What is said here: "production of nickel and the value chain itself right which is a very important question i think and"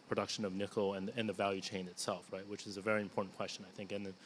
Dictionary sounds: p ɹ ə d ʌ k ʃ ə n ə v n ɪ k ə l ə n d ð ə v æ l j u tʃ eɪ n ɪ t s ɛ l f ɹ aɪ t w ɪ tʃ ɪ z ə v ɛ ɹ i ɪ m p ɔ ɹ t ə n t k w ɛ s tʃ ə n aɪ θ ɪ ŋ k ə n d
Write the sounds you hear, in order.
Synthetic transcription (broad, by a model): p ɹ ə d ʌ k ʃ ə n ə v n ɪ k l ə n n ð ə v æ l j u tʃ eɪ n ɪ t s ɛ l f ɹ aɪ t w ɪ tʃ ɪ z ə v ɛ ɹ i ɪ m p ɔ ɹ t n k w ɛ s tʃ ə n aɪ θ ɪ ŋ k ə n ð